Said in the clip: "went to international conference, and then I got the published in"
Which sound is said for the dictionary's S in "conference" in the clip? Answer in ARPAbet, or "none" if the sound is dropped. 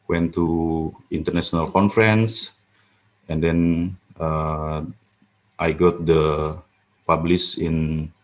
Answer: S